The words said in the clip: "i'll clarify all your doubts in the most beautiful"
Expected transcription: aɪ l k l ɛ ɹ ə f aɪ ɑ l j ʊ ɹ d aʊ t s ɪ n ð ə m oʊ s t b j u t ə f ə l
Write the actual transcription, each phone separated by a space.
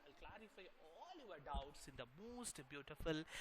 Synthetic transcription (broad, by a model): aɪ l k l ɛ ɹ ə f aɪ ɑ l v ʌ ɹ d aʊ t s ɪ n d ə m oʊ s t b j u t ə f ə l